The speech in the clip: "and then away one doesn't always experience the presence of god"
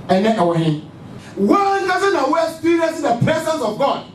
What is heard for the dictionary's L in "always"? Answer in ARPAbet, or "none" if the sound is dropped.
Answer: none